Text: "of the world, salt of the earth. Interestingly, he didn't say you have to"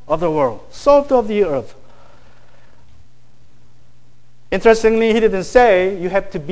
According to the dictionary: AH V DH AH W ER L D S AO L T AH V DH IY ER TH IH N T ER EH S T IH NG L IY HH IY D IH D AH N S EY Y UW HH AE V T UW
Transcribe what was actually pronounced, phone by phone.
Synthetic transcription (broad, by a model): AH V DH AH W ER L D S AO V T AH V DH IY ER TH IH N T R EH S T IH NG L IY HH IY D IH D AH N S EY Y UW HH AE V T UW